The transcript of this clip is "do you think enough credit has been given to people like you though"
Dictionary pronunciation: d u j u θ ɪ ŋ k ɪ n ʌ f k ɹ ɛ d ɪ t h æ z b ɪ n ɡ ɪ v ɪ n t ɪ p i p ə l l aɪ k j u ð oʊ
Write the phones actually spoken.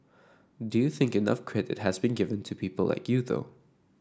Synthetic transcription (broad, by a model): d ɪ j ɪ θ ɪ ŋ k ɪ n ʌ f k ɹ ɛ d ɪ t h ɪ z b ɪ n ɡ ɪ v ɪ n t ɪ p i p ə l l aɪ k j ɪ ð oʊ